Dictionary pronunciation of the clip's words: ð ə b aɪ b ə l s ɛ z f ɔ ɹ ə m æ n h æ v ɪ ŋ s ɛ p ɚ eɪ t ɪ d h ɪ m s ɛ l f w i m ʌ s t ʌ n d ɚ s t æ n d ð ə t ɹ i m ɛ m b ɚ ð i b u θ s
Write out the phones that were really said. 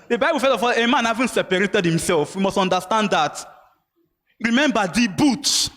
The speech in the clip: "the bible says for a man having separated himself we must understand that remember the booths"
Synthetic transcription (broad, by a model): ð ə b aɪ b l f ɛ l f ɔ l ə m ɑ n h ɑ v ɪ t s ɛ p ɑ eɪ t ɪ d h ɪ m s ɛ l f w i m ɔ s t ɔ n d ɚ s t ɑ n d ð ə t ɹ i m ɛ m b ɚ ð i b u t